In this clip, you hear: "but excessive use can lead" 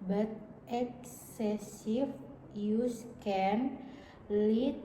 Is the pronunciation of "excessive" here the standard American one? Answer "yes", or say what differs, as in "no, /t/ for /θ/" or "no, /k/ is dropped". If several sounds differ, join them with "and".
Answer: no, /f/ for /v/